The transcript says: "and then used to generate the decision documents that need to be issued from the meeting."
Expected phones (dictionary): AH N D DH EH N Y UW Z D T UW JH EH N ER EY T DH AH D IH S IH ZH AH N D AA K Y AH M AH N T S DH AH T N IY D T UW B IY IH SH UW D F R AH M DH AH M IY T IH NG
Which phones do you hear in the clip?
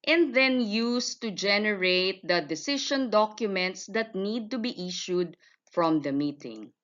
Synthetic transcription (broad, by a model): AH N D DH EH N Y UW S T UW JH EH N ER EY T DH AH D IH S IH SH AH N D AA K Y AH M AH N T S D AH T N IY D T UW B IY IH SH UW D F R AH M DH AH M IY T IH NG